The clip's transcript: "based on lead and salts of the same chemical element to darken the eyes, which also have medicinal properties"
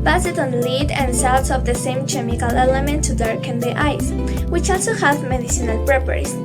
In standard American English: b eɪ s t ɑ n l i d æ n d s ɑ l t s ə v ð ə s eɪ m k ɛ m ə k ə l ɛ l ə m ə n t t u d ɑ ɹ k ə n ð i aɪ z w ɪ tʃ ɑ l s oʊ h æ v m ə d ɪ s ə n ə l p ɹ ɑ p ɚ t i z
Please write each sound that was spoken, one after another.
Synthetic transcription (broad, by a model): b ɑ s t ɑ n l i d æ n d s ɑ w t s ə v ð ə s eɪ m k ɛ m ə k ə l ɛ l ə m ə n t t u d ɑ ɹ k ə n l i aɪ s w ɪ tʃ ɑ l s oʊ h æ v m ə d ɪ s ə n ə l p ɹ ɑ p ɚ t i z